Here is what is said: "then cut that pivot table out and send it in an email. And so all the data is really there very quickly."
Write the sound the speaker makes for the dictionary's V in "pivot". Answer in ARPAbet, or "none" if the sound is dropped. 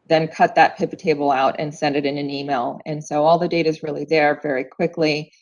P